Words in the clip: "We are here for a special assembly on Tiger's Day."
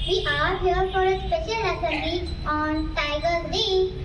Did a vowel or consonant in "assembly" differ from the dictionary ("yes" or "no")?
yes